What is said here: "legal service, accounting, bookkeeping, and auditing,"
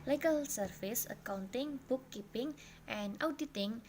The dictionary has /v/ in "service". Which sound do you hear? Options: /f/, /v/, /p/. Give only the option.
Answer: /f/